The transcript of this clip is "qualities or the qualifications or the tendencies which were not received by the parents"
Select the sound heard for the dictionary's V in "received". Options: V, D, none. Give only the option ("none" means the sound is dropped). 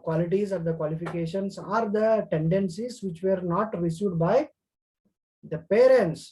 none